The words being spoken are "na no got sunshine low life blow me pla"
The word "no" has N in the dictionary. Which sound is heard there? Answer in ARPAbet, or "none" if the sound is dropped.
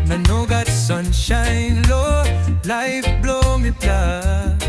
N